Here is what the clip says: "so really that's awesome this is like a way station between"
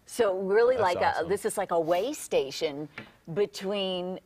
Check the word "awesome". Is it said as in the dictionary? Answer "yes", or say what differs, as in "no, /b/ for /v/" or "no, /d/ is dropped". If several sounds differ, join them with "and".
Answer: no, /s/ is dropped